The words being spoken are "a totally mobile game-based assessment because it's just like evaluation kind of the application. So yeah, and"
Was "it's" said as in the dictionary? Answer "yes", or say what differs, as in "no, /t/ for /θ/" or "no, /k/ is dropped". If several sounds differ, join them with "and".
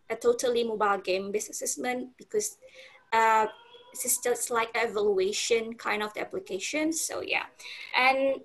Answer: no, /s/ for /t/